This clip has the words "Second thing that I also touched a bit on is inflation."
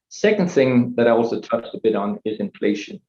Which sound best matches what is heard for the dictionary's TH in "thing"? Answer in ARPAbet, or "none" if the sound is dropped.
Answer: TH